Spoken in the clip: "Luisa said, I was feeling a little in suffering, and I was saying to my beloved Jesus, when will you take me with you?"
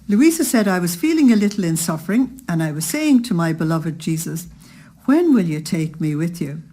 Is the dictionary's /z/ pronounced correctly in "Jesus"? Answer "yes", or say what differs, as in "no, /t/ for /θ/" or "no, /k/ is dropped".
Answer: yes